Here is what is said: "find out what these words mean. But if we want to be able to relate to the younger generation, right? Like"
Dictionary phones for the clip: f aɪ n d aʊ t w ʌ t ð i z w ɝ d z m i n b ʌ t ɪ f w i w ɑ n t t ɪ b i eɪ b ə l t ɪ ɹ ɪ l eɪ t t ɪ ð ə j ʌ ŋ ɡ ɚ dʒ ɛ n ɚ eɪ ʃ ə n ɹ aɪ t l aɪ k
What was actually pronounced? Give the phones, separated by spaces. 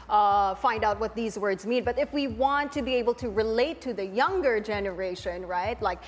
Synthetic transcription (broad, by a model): f aɪ n d aʊ t w ʌ t ð i z w ɝ d z m i n b ʌ t ɪ f w i w ɑ n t t ɪ b i eɪ b l t ɪ ɹ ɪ l eɪ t t ɪ ð ə j ʌ ŋ ɡ ɚ dʒ ɛ n ɚ eɪ ʃ ə n ɹ aɪ t l aɪ k